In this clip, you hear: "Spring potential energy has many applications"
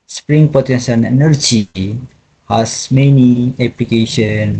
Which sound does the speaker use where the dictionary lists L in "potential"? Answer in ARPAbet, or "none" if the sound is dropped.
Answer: N